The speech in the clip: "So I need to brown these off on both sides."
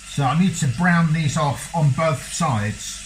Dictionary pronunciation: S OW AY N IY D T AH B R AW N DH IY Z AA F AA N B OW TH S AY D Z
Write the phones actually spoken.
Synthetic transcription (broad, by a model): S OW AY N IY D T AH B R AW N DH IY Z AA F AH N B OW TH S AY D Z